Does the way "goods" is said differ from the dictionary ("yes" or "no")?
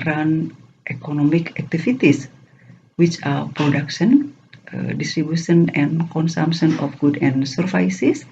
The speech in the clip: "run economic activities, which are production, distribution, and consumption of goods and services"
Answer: yes